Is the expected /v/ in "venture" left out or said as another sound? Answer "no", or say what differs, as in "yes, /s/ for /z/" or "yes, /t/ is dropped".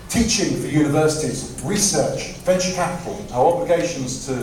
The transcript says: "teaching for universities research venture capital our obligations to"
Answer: yes, /f/ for /v/